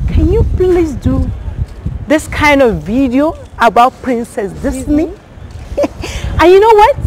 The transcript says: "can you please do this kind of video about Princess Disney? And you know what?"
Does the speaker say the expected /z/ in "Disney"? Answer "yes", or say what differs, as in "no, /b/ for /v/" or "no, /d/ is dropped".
no, /s/ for /z/